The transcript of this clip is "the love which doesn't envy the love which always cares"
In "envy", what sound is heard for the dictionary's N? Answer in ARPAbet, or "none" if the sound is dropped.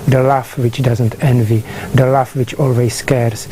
N